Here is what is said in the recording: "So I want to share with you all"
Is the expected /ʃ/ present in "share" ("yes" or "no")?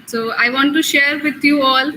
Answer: yes